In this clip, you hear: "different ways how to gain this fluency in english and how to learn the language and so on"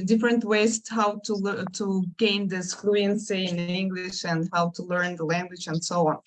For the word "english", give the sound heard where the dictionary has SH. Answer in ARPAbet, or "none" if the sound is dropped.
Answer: SH